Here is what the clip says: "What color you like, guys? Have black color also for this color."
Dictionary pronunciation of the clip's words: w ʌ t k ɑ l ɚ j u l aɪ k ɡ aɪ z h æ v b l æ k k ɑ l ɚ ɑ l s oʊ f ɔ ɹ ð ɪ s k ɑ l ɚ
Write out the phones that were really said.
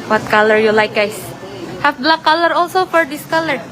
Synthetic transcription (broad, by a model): w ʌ t k ɑ l ɚ j u l aɪ k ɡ aɪ s h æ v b l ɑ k k ɑ l ɚ ɑ l s oʊ f ɔ ɹ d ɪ s k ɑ l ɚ